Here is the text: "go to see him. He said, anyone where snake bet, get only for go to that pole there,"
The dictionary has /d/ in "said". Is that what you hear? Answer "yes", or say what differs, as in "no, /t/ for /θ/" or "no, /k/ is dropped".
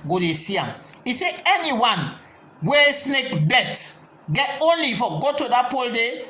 no, /d/ is dropped